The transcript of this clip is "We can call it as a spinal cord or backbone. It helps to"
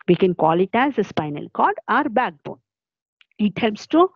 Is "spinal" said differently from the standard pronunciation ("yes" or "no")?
no